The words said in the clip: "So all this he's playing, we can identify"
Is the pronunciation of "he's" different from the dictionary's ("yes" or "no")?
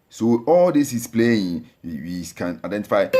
yes